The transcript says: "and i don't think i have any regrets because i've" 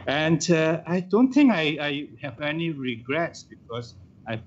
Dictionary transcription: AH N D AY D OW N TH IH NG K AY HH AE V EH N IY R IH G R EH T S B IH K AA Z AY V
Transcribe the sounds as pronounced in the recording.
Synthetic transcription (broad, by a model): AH N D AY D OW N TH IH NG K AY HH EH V EH N IY R IH G R EH T S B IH K AA S AY